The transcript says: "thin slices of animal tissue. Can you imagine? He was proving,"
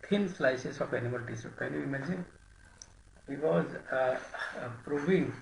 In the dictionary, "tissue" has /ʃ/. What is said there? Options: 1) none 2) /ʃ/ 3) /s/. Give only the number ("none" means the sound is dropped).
3